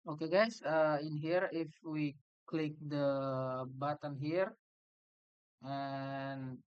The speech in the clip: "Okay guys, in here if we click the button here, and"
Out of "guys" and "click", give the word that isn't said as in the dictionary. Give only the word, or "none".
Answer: guys